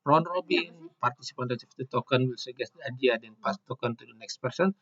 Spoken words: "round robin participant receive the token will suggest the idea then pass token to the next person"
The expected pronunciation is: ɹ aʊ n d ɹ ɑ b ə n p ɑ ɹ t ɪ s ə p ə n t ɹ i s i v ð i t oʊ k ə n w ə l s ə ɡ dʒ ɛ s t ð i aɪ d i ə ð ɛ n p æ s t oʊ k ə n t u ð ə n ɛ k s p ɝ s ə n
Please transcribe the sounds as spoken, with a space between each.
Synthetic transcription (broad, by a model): ɹ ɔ n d ɹ ɑ b ə n p ɑ ɹ t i s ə p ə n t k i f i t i t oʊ k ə n w ə l s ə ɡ ɛ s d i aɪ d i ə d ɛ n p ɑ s t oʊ k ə n t u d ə n ɛ k s p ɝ s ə n